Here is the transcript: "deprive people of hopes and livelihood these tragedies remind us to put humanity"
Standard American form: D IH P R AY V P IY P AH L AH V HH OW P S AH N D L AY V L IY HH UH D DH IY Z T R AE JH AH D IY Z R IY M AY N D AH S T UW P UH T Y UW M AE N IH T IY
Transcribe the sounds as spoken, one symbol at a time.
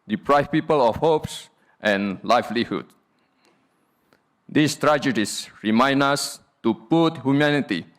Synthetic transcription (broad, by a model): D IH P R AY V P IY P AH L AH F HH OW P S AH N L AY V L IY HH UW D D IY S T R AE JH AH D IY S R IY M AY N AA S T UW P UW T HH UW M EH N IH T IY